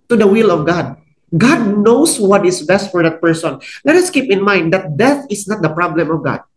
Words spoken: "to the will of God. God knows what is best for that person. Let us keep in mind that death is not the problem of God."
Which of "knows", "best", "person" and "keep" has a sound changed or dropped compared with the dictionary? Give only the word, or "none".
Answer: knows